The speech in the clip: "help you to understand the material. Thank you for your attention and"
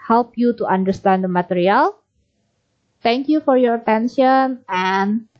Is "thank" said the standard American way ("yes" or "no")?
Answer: no